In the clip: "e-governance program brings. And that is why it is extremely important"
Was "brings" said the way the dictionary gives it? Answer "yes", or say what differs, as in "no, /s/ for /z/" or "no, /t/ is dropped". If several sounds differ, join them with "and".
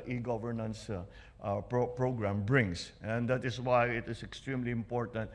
no, /s/ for /z/